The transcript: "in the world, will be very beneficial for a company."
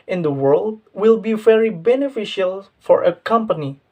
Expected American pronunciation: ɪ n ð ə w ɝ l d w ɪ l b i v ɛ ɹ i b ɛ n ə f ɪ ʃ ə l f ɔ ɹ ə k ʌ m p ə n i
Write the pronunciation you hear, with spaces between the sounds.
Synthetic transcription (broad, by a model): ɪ n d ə w ɝ l d w ɪ l b i v ɛ ɹ i b ɛ n ə f ɪ ʃ ə l f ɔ ɹ ə k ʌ m p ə n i